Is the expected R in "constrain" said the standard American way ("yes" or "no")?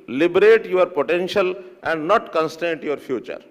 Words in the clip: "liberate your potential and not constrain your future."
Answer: no